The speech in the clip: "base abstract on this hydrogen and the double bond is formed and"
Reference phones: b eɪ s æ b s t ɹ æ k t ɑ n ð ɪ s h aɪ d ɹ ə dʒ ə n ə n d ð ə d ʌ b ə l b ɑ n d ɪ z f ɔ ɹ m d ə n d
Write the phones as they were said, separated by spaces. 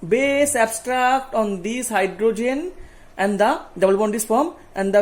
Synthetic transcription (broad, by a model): b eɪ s æ b s t ɹ æ k t ɑ n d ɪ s h aɪ d ɹ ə dʒ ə n ə n d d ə d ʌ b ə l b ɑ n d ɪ s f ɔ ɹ m ə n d